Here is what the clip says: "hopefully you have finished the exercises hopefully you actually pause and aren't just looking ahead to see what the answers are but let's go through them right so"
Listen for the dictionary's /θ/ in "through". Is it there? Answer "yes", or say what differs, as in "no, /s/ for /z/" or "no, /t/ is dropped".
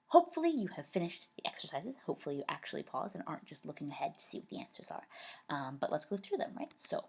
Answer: yes